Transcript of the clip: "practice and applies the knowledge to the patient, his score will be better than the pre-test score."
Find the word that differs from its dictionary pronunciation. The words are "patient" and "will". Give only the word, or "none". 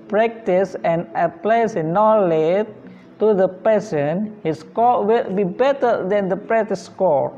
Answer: patient